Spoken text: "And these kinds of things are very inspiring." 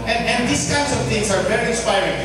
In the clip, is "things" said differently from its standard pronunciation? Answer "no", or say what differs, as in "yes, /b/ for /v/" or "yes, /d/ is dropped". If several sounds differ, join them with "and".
yes, /t/ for /θ/